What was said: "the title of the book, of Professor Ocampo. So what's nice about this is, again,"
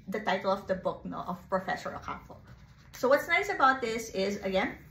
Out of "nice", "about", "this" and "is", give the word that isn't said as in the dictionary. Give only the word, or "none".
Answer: none